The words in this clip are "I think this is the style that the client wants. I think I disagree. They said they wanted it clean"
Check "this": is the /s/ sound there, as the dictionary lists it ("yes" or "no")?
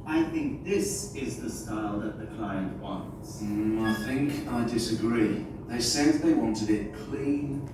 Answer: yes